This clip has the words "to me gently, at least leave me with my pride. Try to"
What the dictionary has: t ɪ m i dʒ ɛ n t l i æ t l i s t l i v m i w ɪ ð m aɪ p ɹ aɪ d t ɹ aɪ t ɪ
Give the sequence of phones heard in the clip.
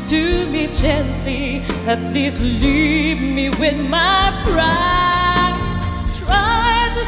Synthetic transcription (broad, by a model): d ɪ m i dʒ ɛ n t l i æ t l i s t l i v m i w ɪ ð m aɪ b ɹ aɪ t ɹ aɪ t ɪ